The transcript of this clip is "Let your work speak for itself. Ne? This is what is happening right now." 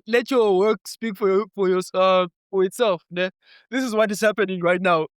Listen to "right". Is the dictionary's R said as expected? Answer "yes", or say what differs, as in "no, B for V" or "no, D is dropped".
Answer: yes